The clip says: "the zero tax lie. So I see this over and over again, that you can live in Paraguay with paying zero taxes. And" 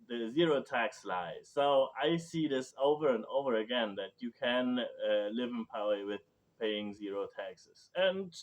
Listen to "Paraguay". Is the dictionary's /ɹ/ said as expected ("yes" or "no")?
no